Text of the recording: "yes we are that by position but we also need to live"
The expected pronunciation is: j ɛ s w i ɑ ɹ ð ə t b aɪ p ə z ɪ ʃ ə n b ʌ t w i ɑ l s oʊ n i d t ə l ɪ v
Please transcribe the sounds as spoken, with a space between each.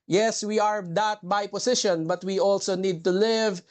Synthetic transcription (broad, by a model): j ɛ s w i ɑ ɹ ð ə t b aɪ p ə s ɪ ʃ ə n b ʌ t w i ɑ l s oʊ n i d t ə l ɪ v